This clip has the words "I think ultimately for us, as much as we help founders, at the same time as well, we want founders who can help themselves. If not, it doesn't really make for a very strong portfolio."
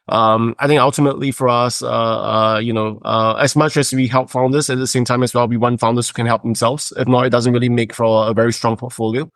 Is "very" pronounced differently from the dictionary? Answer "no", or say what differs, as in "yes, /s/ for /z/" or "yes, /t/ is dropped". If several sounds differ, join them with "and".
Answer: no